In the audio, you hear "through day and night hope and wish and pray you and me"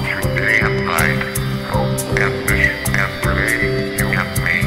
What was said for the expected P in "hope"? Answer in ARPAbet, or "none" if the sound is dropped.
none